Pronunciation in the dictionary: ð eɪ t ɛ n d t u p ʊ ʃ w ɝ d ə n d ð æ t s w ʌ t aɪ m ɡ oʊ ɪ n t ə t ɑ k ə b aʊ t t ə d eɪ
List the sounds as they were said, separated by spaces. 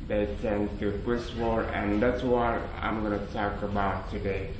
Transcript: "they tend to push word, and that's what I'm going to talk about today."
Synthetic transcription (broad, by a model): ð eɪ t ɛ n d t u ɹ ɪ s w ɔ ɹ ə n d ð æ t s w ʌ t aɪ m ɡ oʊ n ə t ɑ k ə b aʊ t t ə d eɪ